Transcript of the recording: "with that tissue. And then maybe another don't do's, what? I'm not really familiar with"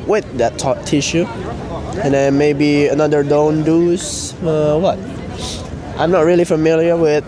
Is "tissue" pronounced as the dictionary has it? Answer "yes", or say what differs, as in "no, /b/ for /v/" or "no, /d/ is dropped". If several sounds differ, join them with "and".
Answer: yes